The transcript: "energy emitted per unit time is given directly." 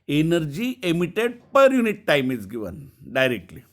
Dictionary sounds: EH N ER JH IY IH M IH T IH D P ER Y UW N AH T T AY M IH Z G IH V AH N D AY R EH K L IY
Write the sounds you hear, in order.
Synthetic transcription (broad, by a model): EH N ER JH IY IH M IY T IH D P ER Y UW N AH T T AY M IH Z G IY V AH N D AY R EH K L IY